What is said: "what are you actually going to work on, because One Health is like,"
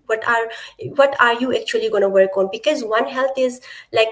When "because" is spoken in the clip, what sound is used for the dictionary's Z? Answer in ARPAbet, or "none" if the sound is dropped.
Z